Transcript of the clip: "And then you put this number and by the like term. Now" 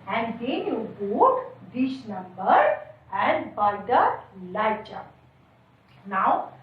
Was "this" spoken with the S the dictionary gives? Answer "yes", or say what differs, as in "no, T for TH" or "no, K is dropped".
no, SH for S